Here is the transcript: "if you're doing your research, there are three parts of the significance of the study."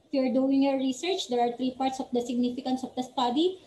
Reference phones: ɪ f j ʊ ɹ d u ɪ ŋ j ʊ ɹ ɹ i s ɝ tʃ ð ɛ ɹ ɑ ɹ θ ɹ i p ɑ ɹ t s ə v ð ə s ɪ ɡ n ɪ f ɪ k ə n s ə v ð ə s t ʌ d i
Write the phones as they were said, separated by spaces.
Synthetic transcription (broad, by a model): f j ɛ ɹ d u ɪ ŋ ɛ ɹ ɹ i s ɝ tʃ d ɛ ɹ ɑ ɹ t ɹ i p ɑ ɹ t s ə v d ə s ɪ ɡ n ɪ f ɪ k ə n s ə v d ə s t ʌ d i